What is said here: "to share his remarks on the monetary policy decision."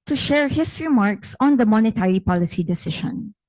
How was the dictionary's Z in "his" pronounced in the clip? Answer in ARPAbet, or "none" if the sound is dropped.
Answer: S